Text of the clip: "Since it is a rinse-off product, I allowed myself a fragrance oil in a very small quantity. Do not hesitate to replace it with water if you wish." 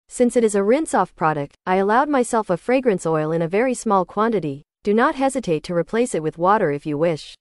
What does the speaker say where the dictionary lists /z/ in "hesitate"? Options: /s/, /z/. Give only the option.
/z/